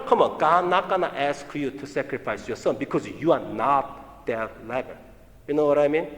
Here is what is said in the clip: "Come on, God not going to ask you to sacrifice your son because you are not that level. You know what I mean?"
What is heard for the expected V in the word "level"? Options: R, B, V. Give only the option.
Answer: B